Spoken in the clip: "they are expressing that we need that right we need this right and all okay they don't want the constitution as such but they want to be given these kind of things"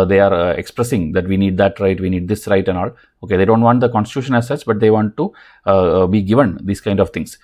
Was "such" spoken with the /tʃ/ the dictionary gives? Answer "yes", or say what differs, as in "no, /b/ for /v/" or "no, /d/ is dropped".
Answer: no, /s/ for /tʃ/